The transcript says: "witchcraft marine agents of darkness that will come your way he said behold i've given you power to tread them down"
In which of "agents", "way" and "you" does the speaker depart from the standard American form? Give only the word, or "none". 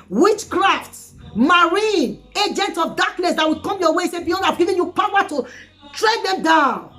agents